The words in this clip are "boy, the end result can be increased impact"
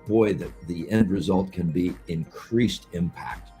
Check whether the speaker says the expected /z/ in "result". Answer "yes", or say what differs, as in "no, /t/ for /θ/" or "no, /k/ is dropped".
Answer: yes